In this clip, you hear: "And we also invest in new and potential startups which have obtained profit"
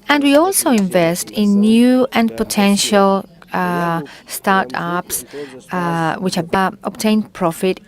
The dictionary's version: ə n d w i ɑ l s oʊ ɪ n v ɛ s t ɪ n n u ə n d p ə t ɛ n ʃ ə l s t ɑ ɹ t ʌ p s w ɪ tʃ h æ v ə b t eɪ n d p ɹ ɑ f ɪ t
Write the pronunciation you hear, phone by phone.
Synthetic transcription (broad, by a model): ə n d w i ɑ l s oʊ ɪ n v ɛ s t ɪ n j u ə n p ə t ɛ n ʃ ə l s t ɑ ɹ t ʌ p s w ɪ tʃ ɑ b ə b t eɪ n p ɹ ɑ f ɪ t